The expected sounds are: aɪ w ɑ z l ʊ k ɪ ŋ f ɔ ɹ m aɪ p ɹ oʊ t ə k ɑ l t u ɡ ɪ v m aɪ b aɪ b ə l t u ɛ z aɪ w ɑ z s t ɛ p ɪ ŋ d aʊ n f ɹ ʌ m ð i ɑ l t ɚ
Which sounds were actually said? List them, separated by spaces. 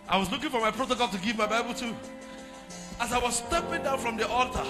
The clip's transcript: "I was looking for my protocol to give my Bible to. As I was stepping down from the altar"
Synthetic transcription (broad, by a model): aɪ w ɑ z l ʊ k ɪ ŋ f ɔ ɹ m aɪ p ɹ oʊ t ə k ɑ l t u ɡ ɪ v m aɪ b aɪ b ə l t u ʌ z aɪ w ɑ z s t ɛ p ɪ ŋ d aʊ n f ɹ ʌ m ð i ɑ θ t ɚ